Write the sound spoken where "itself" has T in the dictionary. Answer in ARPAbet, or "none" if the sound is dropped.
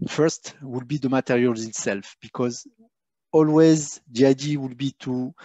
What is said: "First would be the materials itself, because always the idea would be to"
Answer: T